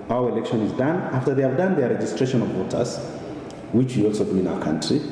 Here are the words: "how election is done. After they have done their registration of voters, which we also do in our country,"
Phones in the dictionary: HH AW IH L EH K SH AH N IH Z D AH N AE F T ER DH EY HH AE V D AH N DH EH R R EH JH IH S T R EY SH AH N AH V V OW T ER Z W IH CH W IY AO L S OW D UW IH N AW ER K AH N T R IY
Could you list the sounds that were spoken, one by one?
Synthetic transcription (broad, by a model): AW IH L EH K SH AH N IH Z D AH N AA F T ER DH EY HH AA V D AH N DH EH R R EH JH IH S T R EY SH AH N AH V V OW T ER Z W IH CH W IY AO L S OW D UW IH N AW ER K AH N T R IY